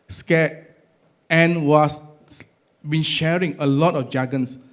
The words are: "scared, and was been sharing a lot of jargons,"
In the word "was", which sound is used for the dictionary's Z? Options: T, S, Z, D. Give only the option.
S